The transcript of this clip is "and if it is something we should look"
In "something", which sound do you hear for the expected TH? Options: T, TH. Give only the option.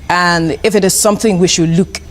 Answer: TH